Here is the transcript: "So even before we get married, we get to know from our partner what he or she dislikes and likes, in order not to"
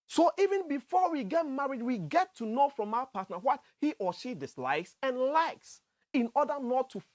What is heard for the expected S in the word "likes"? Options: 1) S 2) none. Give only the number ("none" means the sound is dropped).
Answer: 1